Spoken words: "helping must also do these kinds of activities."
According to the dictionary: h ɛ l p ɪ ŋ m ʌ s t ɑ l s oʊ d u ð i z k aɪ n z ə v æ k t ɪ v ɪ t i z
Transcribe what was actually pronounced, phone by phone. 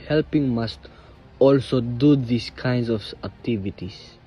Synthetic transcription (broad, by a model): h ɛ l p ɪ ŋ m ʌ s t ɑ l s oʊ d u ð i s k aɪ n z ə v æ k t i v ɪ t i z